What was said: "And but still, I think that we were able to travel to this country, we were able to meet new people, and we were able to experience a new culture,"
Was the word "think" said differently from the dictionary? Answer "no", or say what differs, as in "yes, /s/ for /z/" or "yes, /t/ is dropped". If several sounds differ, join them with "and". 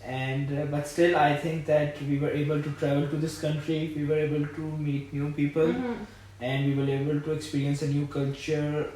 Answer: yes, /t/ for /θ/